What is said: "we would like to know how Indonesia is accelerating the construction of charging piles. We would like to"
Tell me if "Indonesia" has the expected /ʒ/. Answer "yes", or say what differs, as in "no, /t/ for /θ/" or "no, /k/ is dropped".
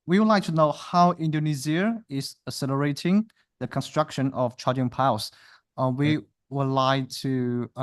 no, /z/ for /ʒ/